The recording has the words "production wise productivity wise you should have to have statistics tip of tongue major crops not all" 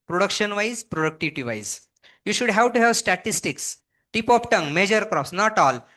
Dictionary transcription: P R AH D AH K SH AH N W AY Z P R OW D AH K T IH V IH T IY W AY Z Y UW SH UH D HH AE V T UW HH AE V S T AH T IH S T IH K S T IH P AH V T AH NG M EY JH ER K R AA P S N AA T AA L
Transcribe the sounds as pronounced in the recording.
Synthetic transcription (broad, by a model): P R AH D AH K SH AH N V AY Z P R OW D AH K T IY V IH T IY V AY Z Y UW SH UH D HH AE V T UW HH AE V S T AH T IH S T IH K S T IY P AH P T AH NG M EY JH ER K R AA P S N AA T AA L